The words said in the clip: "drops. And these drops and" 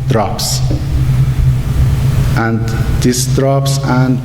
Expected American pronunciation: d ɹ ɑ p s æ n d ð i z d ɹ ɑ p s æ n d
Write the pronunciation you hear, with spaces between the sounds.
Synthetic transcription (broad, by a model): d ɹ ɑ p s æ n d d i s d ɹ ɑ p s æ n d